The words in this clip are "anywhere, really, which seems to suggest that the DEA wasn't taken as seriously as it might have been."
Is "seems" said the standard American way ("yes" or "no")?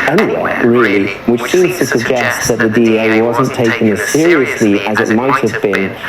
no